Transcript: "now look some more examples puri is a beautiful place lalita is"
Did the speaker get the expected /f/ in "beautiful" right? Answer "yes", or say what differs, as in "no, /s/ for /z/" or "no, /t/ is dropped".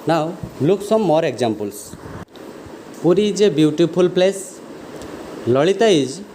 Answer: no, /p/ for /f/